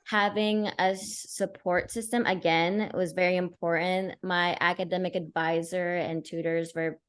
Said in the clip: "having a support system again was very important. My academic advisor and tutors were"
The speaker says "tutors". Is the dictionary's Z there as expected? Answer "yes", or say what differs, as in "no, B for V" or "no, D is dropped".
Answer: yes